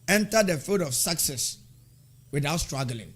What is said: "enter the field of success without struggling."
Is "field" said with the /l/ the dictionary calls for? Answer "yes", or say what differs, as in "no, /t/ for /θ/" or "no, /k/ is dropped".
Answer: no, /l/ is dropped